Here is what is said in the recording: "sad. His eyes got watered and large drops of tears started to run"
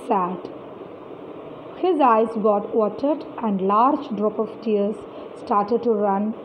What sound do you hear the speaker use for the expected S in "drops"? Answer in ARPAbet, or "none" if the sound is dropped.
none